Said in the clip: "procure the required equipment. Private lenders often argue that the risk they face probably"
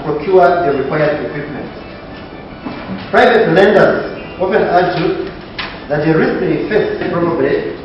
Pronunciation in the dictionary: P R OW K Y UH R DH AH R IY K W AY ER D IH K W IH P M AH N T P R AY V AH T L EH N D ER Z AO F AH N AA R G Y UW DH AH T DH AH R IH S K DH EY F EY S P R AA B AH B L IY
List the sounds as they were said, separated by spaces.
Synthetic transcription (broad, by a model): P R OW K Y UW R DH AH R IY K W AY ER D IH K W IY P M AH N T P R AY V AH T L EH N D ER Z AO P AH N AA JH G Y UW DH AH T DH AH R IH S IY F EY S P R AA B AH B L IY